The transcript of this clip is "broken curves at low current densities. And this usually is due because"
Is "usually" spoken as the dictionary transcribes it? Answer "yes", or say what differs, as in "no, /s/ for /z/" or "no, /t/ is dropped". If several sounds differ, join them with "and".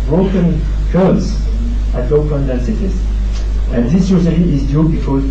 no, /s/ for /ʒ/ and /l/ is dropped